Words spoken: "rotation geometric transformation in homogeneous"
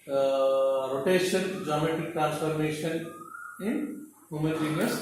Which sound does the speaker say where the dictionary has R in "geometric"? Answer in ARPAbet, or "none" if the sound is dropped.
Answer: none